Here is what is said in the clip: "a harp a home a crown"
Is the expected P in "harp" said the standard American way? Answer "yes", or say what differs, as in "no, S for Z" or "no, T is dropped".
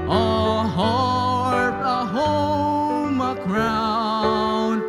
no, P is dropped